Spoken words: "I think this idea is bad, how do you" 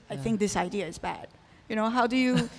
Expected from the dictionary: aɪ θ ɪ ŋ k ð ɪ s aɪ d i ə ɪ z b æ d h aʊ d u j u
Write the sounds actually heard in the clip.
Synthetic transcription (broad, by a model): aɪ θ ɪ ŋ k ð ɪ s aɪ d i ə ɪ z b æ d h aʊ d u j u